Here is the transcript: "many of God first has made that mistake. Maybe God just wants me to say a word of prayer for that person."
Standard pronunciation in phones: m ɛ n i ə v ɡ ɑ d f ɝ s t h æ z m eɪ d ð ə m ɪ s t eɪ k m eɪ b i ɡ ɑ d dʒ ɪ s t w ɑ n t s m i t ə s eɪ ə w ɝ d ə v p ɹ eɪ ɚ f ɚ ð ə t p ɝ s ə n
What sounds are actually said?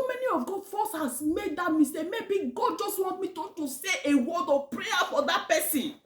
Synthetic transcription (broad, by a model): m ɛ n i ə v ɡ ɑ f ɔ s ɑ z m eɪ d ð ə m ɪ s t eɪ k m eɪ b i ɡ ɑ d dʒ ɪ s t w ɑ n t m i t ə s eɪ ə w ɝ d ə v p ɹ eɪ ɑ f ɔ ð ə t p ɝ s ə n